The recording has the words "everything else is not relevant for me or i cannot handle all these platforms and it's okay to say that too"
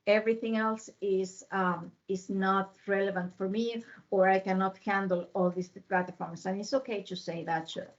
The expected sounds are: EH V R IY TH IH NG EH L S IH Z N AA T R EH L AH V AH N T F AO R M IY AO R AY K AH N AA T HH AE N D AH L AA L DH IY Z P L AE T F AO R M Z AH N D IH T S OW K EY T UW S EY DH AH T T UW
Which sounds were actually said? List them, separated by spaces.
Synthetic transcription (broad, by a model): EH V R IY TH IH NG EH L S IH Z N AA T R EH L AH V AH N T F AO R M IY AO R AY K AH N AA T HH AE N D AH L AA L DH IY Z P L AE T F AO R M S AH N IH T S OW K EY T UW S EY DH AH T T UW